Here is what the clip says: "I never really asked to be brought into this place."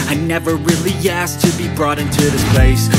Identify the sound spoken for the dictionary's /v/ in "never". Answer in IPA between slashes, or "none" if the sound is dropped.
/v/